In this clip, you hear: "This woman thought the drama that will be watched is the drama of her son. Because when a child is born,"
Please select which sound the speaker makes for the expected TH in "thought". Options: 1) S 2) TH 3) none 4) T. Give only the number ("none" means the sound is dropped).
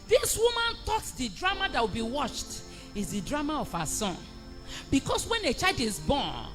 4